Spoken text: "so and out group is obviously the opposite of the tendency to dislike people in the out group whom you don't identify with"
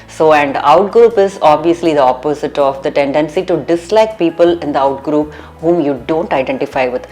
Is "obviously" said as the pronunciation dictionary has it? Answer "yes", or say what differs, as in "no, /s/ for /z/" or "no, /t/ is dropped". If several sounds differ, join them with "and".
yes